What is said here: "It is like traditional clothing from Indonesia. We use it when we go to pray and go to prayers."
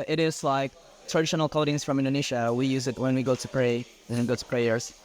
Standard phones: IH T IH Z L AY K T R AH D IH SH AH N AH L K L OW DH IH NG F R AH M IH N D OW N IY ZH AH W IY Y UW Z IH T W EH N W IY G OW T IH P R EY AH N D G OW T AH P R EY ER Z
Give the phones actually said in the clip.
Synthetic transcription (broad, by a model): IH T IH Z L AY K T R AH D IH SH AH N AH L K OW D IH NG F R AH M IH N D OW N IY SH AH W IY Y UW Z IH T W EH N W IY G OW T IH P R EY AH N G OW T AH P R EY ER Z